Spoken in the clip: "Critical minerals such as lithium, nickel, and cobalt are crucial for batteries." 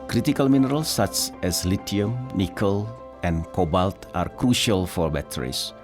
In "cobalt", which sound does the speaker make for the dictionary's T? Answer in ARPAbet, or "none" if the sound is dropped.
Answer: T